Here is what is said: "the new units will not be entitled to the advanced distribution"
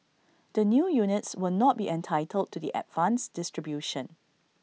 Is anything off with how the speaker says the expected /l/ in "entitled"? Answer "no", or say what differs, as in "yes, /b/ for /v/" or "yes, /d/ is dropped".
no